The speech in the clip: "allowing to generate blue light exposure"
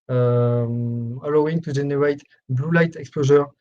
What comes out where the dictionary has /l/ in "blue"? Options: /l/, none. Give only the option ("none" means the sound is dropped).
/l/